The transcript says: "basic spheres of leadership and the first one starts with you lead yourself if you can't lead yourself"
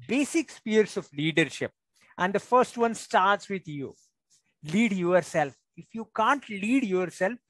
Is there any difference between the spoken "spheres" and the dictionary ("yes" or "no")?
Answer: yes